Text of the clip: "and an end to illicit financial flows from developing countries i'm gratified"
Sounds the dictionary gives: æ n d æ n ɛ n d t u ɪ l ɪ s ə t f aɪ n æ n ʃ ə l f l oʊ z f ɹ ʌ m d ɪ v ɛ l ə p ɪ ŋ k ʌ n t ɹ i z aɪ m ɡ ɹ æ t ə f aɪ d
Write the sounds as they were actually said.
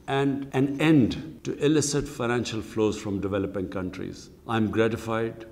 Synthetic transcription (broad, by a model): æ n d æ n ɛ n d t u ɪ l ɪ s ə t f aɪ n æ n ʃ ə l f l oʊ z f ɹ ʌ m d ɪ v ɛ l ə p ɪ ŋ k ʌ n t ɹ i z aɪ m ɡ ɹ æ t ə f aɪ d